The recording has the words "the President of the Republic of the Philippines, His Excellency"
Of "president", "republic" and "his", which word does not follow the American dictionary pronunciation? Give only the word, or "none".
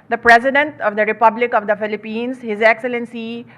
none